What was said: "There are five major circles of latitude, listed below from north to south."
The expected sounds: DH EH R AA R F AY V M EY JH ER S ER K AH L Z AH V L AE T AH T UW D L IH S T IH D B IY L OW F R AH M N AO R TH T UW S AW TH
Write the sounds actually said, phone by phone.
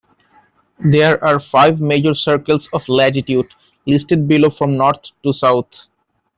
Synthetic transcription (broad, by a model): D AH R AA R F AY V M EY JH ER S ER K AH L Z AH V L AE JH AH T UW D L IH S T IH D B IY L OW F R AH M N AO R T T UW S AW T